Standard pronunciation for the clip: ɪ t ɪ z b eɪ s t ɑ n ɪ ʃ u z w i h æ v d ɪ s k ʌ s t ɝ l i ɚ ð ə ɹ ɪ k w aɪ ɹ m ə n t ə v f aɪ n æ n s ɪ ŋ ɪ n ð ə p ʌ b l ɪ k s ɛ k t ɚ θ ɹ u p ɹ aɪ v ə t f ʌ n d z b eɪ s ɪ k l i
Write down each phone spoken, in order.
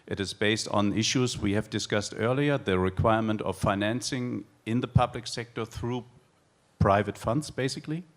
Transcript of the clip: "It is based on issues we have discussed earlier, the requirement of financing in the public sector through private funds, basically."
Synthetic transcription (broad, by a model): ɪ t ɪ z b eɪ s t n ɪ ʃ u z w i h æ v d ɪ s k ʌ s t ɝ l i ɚ ð ə ɹ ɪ k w aɪ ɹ m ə n t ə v f aɪ n æ n s ɪ ŋ ɪ n ð ə p ʌ b l ɪ k s ɛ k t ɚ θ ɹ u p ɹ aɪ v ə t f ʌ n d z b eɪ s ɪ k l i